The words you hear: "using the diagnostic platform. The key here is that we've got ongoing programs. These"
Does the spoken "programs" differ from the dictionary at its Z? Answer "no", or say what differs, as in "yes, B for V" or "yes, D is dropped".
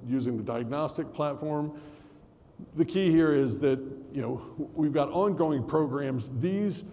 no